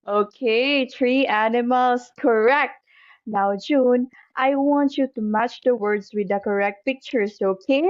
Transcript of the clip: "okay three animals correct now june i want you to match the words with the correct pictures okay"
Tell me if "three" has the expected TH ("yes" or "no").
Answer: no